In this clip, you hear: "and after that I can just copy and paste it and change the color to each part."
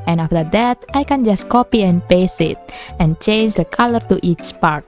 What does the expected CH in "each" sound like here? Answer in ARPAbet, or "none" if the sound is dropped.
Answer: CH